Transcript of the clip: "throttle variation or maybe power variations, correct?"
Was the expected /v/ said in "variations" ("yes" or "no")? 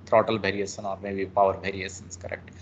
no